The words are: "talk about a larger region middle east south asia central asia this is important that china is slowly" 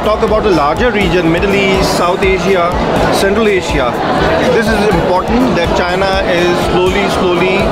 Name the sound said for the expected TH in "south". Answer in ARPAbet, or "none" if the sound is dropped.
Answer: T